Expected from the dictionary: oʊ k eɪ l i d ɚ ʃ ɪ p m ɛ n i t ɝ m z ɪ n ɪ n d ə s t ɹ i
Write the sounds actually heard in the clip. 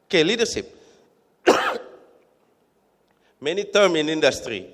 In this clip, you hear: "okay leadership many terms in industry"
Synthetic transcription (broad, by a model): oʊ k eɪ l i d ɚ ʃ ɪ p m ɛ n i t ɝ m ɪ n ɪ n d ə s t ɹ i